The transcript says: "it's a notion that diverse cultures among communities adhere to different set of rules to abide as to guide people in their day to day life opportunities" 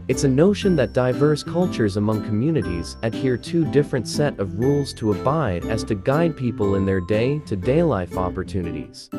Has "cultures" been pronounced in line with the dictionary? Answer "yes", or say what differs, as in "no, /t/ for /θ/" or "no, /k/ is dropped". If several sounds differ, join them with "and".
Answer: yes